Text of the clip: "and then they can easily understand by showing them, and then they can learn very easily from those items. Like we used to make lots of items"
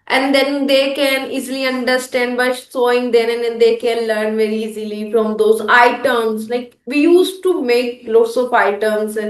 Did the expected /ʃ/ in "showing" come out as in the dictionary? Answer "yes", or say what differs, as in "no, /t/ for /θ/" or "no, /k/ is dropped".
no, /s/ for /ʃ/